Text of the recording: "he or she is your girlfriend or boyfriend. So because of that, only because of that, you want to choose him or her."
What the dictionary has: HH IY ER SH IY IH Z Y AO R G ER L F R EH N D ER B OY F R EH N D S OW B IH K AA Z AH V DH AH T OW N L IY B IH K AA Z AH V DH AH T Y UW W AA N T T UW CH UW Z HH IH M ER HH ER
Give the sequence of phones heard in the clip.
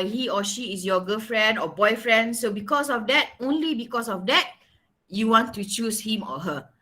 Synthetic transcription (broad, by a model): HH IY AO SH IY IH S Y AO G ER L F R EH N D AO B OY F R EH N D S OW B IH K AA S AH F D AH T OW N L IY B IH K AA S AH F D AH T Y UW W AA N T T UW CH UW S HH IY M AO HH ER